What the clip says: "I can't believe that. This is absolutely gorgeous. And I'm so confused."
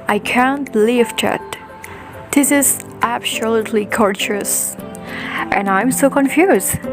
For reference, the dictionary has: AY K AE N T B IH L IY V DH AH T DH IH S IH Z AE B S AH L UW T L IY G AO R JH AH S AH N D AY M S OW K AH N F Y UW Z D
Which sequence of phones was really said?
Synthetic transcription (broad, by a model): AY K AE N T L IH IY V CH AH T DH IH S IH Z AE B S AH L UW T L IY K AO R CH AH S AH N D AY M S OW K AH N F Y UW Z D